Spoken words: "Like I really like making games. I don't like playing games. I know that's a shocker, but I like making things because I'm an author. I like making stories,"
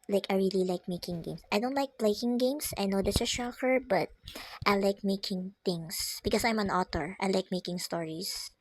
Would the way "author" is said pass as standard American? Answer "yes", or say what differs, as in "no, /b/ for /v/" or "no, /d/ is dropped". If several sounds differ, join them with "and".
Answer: no, /t/ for /θ/